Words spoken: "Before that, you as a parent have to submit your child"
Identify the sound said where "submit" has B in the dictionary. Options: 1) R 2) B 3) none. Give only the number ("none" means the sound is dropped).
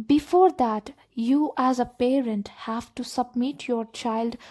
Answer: 2